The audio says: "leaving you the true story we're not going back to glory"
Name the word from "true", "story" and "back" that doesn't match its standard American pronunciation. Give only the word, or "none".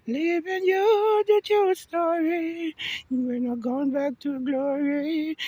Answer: true